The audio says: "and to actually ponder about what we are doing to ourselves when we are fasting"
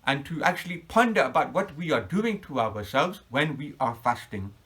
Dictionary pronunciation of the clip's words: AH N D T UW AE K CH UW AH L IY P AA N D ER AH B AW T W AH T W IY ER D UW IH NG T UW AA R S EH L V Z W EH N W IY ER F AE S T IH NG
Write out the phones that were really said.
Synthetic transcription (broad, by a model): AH N T UW AE K CH UW AH L IY P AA N D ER AH B AW T W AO T W IY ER D UW IH NG T UW AA W S EH L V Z W EH N W IY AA F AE S T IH NG